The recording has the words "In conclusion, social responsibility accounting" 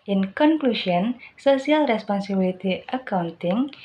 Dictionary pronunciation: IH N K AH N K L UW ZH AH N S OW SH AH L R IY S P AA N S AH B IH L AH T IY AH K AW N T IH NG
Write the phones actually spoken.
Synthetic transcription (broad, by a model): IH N K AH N K L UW S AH N S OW S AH L R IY S P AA N S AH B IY L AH T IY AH K AW N T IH NG